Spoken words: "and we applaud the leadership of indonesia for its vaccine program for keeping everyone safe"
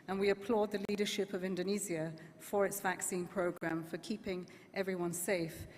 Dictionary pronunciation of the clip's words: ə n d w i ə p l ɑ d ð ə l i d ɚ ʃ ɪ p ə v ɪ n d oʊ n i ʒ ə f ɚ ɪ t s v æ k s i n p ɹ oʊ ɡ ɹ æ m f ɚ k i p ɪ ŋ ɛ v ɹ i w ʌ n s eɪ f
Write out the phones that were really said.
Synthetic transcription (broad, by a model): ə n w i ə p l ɑ d ð ə l i d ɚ ʃ ɪ p ə v ɪ n d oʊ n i z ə f ɚ ɪ t s v æ k s i n p ɹ oʊ ɡ ɹ æ m f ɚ k i p ɪ ŋ ɛ v ɹ i w ʌ n s eɪ f